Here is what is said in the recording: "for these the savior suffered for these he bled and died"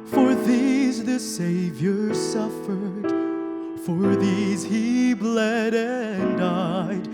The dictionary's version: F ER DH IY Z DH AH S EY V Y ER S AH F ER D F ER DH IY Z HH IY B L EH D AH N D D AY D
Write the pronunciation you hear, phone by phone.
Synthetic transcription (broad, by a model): F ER DH IY Z DH AH S EY V Y ER S AH F ER D F ER DH IY Z HH IY B L EH D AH N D D AY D